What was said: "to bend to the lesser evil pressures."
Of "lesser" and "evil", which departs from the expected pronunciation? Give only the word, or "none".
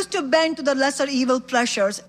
none